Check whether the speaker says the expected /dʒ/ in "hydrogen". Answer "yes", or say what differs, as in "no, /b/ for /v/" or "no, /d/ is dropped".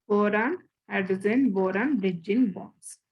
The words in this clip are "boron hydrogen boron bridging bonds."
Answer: no, /z/ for /dʒ/